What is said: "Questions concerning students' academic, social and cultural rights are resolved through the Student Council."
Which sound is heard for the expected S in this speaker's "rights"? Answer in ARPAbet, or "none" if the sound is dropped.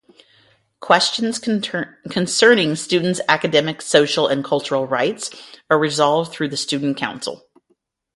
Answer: S